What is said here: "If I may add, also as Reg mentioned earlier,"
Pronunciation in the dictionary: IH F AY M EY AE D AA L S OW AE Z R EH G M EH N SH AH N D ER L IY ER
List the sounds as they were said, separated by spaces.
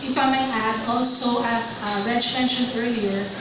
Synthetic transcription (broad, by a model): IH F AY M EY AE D AA L S OW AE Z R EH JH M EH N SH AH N ER L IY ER